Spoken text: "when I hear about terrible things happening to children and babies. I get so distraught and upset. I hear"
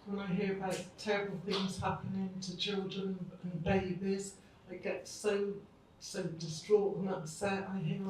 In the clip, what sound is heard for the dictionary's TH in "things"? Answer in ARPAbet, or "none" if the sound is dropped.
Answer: TH